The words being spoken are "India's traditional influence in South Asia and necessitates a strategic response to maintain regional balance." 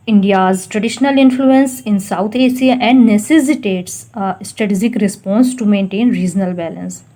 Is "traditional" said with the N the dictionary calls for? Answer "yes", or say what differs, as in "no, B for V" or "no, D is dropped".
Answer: yes